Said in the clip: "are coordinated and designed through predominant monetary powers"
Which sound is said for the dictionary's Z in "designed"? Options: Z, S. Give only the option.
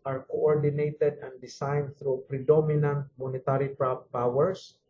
S